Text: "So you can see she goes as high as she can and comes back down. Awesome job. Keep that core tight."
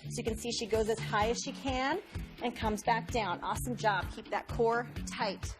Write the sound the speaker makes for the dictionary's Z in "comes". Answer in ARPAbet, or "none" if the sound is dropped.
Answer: Z